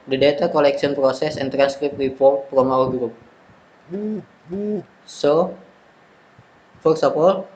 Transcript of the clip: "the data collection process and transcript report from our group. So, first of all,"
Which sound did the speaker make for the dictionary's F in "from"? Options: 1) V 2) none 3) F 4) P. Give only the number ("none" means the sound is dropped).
4